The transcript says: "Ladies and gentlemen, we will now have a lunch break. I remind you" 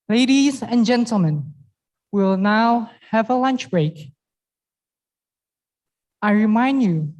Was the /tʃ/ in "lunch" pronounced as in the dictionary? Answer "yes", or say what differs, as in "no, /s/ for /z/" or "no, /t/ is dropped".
yes